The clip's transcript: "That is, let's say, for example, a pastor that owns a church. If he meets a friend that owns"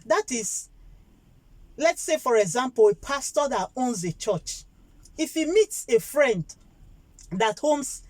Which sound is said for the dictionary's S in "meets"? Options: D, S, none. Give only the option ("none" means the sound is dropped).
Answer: S